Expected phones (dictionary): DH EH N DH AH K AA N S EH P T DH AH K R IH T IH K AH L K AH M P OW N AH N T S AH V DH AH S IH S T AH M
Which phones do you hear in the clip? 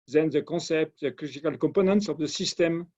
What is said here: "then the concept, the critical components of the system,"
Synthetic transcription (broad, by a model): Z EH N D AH K AA S EH P T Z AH K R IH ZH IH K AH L K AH P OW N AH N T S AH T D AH S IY S T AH M